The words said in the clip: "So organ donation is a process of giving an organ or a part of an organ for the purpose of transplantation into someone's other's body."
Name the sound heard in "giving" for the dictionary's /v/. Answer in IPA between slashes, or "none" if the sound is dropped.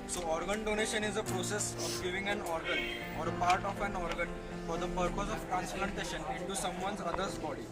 /v/